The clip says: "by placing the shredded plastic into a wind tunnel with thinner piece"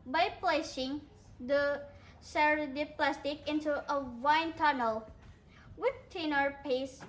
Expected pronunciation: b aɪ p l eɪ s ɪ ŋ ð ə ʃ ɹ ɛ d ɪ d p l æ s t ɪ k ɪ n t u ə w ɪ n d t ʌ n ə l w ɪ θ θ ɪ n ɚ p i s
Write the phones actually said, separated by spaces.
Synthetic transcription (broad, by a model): b aɪ p l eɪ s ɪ ŋ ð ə s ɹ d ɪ p l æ s t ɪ k ɪ n t u ə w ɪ n t ʌ n ə l w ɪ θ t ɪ n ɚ p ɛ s